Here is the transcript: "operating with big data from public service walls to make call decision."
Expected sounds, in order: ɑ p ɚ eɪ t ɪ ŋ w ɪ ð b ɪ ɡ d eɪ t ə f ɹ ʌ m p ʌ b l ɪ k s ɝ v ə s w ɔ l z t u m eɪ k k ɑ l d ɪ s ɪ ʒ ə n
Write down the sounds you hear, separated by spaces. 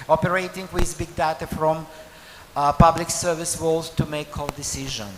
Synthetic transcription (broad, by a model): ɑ p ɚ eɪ t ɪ ŋ w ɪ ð b ɪ ɡ d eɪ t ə f ɹ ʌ m p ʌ b l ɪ k s ɝ v ə s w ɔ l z t u m eɪ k k ɑ l d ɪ s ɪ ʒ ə n